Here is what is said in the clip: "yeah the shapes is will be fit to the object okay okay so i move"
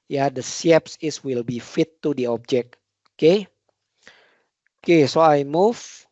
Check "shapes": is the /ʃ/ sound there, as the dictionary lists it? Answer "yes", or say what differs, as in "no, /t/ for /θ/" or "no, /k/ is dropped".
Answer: no, /s/ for /ʃ/